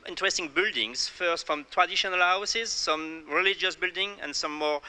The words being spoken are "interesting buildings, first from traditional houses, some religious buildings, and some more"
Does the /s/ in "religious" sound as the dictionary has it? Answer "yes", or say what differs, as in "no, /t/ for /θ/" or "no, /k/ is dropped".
yes